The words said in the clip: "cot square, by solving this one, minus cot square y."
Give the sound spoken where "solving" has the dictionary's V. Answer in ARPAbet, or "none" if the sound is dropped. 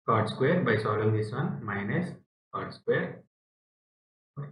none